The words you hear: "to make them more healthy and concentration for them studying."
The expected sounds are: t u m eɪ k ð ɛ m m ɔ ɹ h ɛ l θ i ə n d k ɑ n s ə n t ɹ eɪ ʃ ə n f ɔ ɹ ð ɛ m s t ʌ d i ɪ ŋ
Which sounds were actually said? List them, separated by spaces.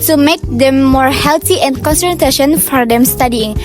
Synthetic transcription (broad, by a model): t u m eɪ k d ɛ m m ɔ ɹ h ɛ l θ i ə n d k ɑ n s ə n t eɪ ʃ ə n f ɔ ɹ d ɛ m s t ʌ d i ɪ ŋ